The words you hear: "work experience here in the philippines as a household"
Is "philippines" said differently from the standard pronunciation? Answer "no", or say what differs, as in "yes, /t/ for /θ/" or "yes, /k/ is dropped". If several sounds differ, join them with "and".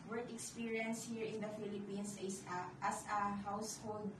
yes, /s/ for /z/